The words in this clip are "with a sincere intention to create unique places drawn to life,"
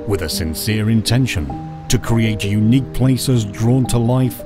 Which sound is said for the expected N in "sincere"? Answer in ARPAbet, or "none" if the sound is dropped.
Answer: N